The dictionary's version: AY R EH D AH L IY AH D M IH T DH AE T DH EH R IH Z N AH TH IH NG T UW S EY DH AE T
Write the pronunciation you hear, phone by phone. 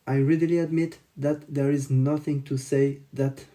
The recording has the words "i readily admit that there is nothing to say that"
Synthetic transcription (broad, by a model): AY R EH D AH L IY AH D M IH T DH AE T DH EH R IH Z N AH TH IH NG T UW S EY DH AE T